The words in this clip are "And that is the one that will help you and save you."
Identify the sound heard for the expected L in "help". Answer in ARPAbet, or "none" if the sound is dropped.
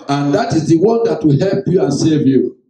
L